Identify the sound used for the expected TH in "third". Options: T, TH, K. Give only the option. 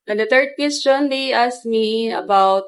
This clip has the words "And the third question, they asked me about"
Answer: T